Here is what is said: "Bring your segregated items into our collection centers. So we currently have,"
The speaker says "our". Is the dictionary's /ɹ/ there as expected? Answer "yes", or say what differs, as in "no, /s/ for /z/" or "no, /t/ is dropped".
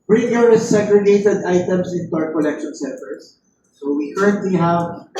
yes